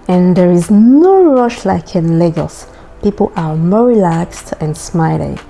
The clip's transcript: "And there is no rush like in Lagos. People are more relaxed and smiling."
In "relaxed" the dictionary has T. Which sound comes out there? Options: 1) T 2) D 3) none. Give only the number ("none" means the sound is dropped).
1